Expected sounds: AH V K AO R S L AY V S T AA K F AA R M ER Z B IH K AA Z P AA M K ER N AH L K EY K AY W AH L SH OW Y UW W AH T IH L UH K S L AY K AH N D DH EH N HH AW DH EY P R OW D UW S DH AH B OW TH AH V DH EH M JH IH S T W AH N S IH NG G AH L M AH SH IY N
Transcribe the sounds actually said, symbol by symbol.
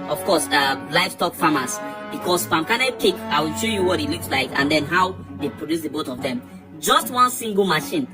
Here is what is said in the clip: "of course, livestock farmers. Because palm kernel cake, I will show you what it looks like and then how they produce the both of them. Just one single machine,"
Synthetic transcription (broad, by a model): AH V K AO S L AY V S T AA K F AA M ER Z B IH K AA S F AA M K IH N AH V K EY K AY W AH L SH OW Y UW W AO T IH L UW K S L AY K AH N D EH N HH AW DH EY P R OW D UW S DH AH B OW T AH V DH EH M JH IH S T W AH N S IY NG G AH L M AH SH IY N